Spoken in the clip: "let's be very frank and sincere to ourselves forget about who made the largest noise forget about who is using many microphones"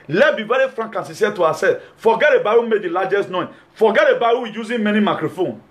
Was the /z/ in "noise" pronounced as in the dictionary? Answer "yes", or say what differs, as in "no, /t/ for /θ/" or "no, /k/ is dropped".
no, /z/ is dropped